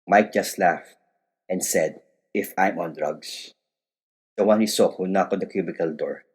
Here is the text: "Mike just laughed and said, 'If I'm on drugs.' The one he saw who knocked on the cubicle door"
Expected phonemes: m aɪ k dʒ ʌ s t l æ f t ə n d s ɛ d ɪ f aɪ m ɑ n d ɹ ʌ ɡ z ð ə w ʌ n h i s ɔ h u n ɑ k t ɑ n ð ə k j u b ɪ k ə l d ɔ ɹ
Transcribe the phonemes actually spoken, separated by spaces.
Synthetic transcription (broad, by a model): m aɪ k dʒ ʌ s t l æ f t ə n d s ɛ d ɪ f aɪ m ɑ n d ɹ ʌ ɡ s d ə w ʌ n h i s ɔ h u n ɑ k ɑ n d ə k j u b ɪ k ə l d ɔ ɹ